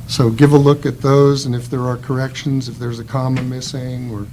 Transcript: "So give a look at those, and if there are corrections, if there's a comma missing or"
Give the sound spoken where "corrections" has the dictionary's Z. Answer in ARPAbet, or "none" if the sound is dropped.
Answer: Z